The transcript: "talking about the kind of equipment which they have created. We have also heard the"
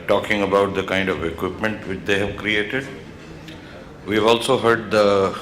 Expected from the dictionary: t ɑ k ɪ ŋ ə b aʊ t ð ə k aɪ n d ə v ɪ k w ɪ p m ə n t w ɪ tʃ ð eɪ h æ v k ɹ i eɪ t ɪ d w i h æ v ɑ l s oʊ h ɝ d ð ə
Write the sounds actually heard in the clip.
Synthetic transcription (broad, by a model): t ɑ k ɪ ŋ ə b aʊ t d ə k aɪ n d ə v ɪ k w ɪ p m ə n t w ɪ tʃ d eɪ h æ v k ɹ i eɪ t ɪ d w i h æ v ɑ l s oʊ h ɝ d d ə